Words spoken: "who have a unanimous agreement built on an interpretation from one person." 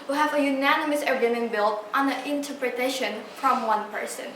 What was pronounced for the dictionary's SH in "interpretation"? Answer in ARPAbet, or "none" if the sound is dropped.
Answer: SH